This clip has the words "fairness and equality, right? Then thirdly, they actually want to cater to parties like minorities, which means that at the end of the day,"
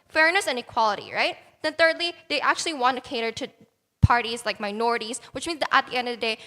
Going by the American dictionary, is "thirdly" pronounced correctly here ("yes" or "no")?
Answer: yes